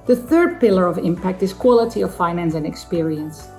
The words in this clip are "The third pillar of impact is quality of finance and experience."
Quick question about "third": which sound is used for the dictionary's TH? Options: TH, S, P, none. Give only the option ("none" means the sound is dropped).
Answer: TH